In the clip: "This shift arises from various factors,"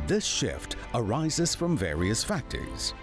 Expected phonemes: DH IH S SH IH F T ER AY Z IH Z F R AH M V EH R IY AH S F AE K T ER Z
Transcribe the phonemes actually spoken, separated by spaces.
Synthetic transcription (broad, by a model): DH IH S SH IH F T ER AY Z IH Z F R AH M V EH R IY AH S F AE K T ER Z